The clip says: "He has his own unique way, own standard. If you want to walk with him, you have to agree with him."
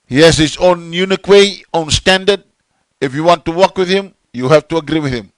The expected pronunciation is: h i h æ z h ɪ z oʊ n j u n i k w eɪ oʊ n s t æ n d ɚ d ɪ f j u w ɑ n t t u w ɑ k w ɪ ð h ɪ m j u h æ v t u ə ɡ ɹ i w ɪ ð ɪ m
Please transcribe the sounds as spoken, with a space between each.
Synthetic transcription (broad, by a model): h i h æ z h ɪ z oʊ n j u n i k w eɪ oʊ n s t æ n d ɚ d ɪ f j u w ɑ n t t u w ɑ k w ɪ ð h ɪ m j u h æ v t u ə ɡ ɹ i w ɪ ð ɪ m